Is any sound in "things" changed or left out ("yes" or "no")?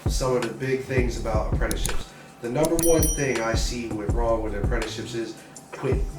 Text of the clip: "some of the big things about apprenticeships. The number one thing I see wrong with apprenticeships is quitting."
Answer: no